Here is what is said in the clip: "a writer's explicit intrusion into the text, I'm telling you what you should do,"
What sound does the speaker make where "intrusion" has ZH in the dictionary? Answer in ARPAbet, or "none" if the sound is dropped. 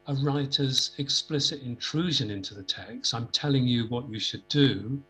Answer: ZH